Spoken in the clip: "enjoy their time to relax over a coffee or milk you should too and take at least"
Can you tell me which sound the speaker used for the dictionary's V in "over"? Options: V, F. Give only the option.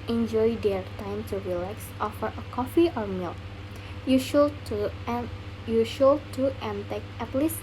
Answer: F